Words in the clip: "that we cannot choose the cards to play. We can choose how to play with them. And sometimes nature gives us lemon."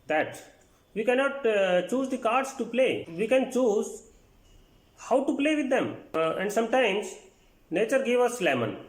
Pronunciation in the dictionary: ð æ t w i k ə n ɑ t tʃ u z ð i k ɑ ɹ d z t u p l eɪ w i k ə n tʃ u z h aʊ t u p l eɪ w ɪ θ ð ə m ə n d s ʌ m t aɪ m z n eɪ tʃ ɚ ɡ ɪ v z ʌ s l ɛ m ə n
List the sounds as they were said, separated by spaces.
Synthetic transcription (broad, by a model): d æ t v i k ə n ɑ t tʃ u z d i k ɑ ɹ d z t u p l eɪ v i k ə n tʃ u z h aʊ t u p l eɪ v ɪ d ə m ə n d s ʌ m t aɪ m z n eɪ tʃ ɚ ɡ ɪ v ʌ s l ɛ m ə n